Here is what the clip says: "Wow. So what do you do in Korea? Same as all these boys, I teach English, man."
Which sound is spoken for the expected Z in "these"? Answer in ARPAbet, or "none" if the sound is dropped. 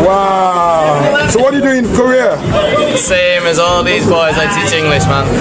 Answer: Z